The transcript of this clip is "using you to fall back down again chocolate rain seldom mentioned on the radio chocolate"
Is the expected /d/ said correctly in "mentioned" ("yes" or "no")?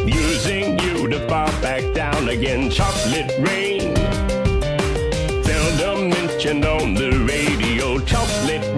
no